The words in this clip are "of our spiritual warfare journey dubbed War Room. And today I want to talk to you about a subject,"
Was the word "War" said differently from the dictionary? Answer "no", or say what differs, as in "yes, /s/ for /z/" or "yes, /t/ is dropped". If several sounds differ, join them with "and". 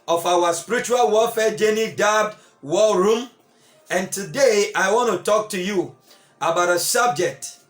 yes, /l/ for /ɹ/